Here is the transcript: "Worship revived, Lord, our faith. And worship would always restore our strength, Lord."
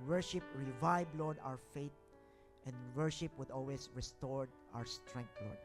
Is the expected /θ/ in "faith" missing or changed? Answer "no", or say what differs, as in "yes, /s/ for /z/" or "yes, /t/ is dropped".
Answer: yes, /t/ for /θ/